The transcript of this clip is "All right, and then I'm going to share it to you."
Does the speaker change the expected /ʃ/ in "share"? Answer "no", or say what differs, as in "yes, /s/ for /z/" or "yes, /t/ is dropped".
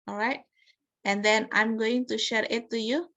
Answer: no